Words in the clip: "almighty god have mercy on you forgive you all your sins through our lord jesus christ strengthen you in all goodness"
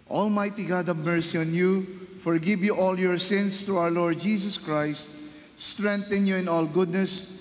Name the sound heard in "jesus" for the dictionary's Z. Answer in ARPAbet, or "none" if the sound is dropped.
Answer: S